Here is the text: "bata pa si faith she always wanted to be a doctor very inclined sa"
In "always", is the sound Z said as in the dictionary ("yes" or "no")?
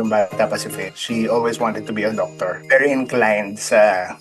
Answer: no